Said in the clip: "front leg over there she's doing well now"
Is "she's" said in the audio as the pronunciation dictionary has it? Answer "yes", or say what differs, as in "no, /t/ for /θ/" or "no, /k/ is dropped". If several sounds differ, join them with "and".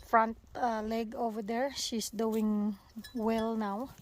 no, /s/ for /z/